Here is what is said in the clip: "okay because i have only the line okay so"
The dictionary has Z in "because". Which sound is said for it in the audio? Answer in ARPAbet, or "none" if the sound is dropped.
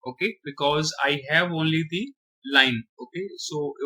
Z